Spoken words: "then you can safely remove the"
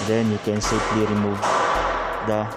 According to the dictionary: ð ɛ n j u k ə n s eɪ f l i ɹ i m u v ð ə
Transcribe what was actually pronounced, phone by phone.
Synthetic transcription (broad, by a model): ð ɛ n j u k ə n s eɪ p l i ɹ i m u v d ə